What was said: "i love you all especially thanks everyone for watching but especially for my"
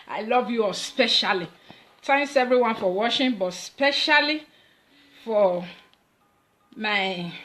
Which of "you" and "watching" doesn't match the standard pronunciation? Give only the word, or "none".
watching